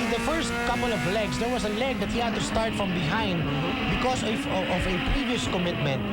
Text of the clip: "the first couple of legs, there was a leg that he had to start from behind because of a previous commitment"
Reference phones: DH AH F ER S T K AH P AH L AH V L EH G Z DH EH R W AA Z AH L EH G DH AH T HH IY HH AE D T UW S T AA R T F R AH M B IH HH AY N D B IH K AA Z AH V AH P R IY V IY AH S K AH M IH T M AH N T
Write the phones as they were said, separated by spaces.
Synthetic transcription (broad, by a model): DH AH F ER S T K AH P AH L AH V L EH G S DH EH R W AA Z AH L EH G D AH T HH IY HH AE D T UW S T AA R T F R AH M B IH HH AY N D B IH K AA S AH V AH P R IY V IY AH S K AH M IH T M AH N T